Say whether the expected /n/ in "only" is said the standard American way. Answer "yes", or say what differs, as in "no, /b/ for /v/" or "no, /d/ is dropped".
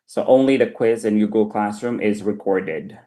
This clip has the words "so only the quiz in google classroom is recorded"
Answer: yes